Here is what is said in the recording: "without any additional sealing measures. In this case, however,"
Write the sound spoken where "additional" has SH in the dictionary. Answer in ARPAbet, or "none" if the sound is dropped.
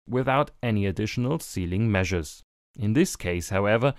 SH